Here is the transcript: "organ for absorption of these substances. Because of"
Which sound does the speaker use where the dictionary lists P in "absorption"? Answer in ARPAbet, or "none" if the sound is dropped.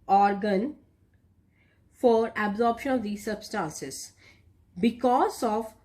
P